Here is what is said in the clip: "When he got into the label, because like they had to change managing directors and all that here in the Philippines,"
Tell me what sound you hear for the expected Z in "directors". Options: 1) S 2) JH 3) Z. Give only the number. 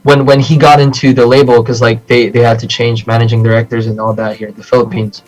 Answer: 3